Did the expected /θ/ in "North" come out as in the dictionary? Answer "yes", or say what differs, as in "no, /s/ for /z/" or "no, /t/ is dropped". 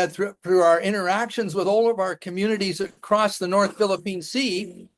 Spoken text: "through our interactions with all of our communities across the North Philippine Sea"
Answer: yes